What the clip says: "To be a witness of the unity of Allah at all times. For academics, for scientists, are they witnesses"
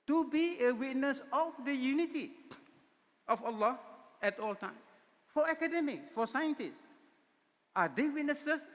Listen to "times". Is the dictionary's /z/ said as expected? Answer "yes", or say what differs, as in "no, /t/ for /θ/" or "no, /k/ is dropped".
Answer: no, /z/ is dropped